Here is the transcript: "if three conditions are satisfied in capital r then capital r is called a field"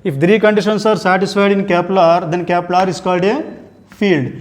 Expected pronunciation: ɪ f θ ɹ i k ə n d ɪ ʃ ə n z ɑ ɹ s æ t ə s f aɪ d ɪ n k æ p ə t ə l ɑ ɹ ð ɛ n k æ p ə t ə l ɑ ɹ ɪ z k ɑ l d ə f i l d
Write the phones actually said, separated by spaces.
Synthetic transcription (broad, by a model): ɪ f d ɹ i k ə n d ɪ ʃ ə n s ɑ ɹ s æ t ə s f aɪ d ɪ n k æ p l ɑ ɹ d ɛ n k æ p l ɑ ɹ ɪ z k ɑ l d ə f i l d